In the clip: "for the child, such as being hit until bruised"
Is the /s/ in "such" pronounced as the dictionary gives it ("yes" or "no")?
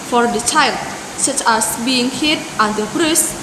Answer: yes